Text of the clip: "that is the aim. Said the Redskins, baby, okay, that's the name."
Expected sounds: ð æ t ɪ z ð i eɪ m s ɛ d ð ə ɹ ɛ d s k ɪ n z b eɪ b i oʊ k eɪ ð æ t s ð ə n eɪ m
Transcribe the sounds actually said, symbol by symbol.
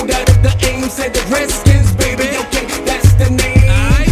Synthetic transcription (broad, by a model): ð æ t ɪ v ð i eɪ m s ɛ d ð ə ɹ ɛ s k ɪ z b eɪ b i oʊ k eɪ ð æ t s ð ə n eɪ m